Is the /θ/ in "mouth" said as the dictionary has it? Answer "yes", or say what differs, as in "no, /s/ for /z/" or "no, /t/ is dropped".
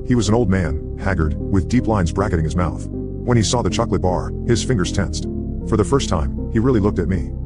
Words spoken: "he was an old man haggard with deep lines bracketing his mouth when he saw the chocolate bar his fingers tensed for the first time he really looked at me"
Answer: yes